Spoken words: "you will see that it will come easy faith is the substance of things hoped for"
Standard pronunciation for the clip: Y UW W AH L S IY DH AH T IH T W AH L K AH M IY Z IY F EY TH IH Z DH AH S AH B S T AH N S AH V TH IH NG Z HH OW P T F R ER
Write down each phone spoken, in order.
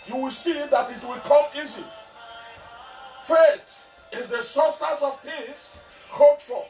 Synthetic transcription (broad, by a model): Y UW W AH L S IY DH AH T IH T W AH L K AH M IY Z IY F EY T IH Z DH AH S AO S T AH S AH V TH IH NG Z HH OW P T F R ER